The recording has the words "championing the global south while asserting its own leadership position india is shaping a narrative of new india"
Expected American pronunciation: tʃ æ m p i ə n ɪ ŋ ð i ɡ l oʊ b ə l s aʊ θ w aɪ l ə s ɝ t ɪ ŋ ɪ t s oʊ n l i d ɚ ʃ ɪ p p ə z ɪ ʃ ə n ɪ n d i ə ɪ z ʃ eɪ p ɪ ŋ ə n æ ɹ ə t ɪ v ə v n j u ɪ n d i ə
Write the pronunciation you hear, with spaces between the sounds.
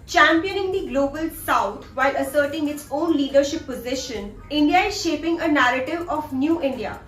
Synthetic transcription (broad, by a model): tʃ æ m p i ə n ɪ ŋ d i ɡ l oʊ b ə l s aʊ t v aɪ l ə s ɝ t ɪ ŋ ɪ t s oʊ n l i d ɚ ʃ ɪ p p ə z ɪ ʃ ə n ɪ n d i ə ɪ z ʃ eɪ p ɪ ŋ ə n æ ɹ ə t ɪ v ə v n j u ɪ n d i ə